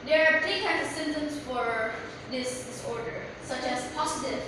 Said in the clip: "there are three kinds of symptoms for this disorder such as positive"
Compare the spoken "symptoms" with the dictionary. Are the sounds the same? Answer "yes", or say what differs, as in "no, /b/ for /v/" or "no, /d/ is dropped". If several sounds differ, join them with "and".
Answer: no, /p/ is dropped